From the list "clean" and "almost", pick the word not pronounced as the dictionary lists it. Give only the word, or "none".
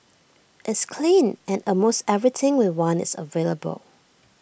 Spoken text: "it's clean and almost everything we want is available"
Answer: almost